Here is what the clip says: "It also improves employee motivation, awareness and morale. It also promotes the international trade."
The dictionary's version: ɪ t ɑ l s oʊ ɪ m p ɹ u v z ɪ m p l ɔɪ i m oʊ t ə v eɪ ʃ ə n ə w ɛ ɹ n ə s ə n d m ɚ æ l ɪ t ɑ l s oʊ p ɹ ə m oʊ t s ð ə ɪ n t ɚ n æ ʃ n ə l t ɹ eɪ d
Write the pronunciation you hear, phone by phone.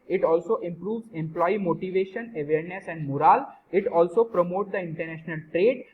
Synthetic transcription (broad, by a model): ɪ t ɑ l s oʊ ɪ m p ɹ u v z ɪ m p l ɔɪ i m oʊ t ə v eɪ ʃ ə n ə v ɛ ɹ n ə s ə n d m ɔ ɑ l ɪ t ɑ l s oʊ p ɹ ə m oʊ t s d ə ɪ n t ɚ n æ ʃ n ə l t ɹ eɪ d